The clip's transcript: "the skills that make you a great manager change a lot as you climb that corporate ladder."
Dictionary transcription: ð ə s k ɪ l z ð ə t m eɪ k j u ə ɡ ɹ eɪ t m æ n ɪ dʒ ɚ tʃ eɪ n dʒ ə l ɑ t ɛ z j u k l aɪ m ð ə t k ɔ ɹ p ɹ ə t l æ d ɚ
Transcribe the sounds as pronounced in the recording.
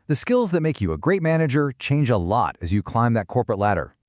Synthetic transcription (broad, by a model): ð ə s k ɪ l z ð ə t m eɪ k j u ə ɡ ɹ eɪ t m æ n ɪ dʒ ɚ tʃ eɪ n dʒ ə l ɑ t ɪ z j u k l aɪ m ð ə t k ɔ ɹ p ɹ ə t l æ d ɚ